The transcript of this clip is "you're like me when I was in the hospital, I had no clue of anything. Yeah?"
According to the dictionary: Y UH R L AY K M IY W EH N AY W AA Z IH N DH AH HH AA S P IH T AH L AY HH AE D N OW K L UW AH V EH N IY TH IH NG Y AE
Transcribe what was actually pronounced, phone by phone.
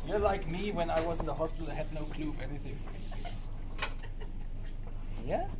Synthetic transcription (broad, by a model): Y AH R L AY K M IY W EH N AY W AA Z IH N DH AH HH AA S P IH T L AY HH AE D N OW K L UW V EH N IY TH IH NG Y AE